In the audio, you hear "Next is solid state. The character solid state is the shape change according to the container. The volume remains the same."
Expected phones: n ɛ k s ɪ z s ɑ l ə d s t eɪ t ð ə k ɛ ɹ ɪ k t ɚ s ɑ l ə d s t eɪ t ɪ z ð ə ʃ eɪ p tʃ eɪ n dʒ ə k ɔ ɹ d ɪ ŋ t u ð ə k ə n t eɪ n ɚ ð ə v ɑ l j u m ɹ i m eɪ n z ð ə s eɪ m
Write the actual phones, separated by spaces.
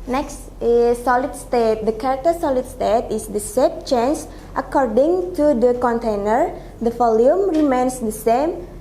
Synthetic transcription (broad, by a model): n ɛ k s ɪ s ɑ l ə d s t eɪ t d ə k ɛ ɹ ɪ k t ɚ s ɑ l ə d s t eɪ t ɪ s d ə s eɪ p tʃ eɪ n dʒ ə k ɔ ɹ d ɪ ŋ t u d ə k ə n t eɪ n ɚ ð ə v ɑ l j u m ɹ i m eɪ n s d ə s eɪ m